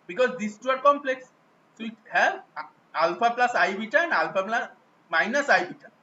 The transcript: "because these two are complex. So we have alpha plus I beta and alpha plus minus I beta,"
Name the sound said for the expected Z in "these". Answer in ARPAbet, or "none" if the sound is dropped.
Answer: S